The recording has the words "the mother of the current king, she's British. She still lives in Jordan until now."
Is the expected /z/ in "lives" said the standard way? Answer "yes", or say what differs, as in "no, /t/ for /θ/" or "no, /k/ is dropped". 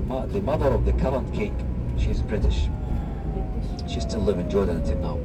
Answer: no, /z/ is dropped